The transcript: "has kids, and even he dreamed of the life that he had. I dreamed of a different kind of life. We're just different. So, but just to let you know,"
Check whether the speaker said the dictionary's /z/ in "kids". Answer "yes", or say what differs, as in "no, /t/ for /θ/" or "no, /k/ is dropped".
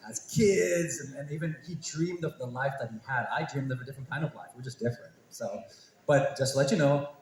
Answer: yes